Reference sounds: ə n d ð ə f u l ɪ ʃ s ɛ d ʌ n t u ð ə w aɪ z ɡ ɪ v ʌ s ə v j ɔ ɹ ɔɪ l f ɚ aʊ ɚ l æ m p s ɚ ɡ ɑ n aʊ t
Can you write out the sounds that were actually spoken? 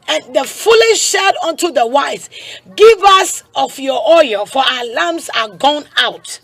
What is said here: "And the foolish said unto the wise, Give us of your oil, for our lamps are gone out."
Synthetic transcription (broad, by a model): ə n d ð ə f u l ɪ ʃ ʃ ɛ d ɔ n t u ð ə w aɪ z ɡ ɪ v ʌ s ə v j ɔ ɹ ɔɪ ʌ f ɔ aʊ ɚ l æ m s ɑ ɡ ɑ n aʊ t